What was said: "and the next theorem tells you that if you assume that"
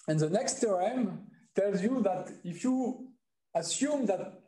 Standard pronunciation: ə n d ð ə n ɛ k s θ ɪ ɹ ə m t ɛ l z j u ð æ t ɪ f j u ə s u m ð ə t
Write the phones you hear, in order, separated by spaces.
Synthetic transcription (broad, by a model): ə n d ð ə n ɛ k s t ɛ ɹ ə m t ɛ l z j u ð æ t ɪ f j u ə s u m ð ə t